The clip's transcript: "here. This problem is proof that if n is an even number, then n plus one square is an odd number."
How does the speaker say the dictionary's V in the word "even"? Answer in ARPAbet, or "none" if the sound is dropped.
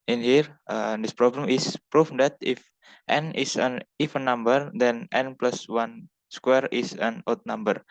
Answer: F